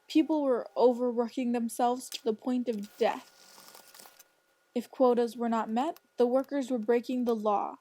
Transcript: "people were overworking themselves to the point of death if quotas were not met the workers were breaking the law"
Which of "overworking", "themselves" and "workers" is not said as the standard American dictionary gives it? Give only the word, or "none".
none